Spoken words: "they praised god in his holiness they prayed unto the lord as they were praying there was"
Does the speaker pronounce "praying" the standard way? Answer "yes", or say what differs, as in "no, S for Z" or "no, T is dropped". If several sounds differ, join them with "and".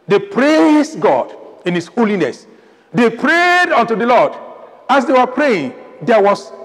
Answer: yes